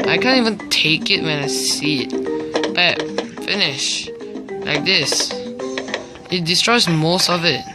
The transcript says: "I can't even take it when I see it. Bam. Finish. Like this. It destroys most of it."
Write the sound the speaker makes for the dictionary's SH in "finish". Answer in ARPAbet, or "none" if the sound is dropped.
SH